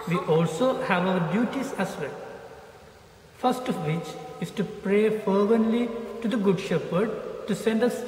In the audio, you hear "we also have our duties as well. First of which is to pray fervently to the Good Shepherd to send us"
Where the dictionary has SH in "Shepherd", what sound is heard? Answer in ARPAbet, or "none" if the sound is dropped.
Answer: SH